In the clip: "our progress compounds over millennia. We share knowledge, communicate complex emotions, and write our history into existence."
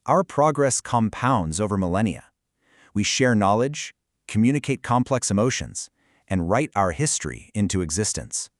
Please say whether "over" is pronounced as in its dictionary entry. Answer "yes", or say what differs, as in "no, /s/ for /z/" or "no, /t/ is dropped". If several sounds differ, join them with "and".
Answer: yes